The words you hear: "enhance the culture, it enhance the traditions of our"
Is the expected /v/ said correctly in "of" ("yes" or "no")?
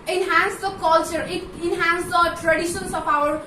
no